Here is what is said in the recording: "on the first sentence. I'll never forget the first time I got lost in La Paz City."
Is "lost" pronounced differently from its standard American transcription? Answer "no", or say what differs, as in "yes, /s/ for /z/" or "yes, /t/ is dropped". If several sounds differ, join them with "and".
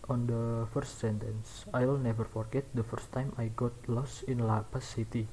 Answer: yes, /t/ is dropped